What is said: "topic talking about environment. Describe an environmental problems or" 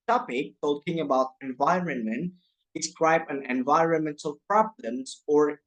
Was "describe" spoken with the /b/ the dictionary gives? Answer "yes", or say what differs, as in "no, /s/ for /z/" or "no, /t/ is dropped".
yes